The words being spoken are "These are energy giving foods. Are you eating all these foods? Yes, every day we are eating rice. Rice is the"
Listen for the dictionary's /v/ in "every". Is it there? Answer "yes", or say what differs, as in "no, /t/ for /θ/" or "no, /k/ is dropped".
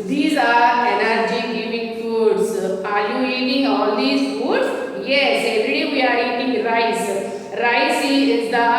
no, /v/ is dropped